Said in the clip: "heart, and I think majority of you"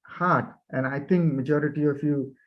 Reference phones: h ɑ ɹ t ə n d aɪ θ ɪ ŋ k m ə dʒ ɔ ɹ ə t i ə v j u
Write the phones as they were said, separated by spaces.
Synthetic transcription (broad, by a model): h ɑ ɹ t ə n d aɪ t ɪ ŋ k m ə dʒ ɔ ɹ ə t i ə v j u